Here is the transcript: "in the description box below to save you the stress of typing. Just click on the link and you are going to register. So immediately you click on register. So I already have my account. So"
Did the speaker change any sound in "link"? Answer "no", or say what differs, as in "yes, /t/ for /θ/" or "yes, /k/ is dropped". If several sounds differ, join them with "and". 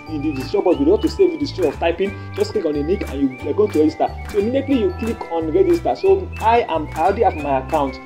yes, /n/ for /l/ and /ŋ/ is dropped